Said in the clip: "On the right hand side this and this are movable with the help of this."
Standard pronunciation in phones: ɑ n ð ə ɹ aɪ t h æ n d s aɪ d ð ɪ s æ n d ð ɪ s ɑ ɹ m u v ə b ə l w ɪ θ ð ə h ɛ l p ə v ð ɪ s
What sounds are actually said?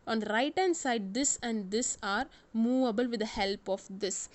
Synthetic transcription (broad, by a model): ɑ n ɹ aɪ t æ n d s aɪ d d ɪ s æ n d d ɪ s ɑ ɹ m u v ə b ə l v ɪ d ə h ɛ l p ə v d ɪ s